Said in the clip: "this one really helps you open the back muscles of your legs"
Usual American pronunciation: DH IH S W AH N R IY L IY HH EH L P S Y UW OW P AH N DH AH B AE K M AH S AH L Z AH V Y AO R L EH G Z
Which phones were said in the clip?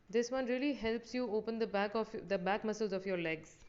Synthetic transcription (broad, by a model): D IH S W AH N R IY L IY HH EH L P S Y UW OW P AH N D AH B AE K M AH S AH L Z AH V Y AO R L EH G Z